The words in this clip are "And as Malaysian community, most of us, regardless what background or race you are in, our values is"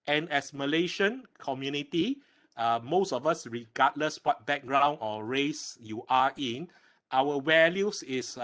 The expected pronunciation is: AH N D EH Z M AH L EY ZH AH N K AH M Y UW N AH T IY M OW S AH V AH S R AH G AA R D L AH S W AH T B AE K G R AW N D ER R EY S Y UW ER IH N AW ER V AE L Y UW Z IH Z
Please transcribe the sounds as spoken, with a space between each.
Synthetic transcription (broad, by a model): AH N EH S M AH L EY SH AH N K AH M Y UW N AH T IY M OW S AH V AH S R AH G AA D L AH S W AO T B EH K G R AW N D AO R EY S Y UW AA IH N AW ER W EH L Y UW S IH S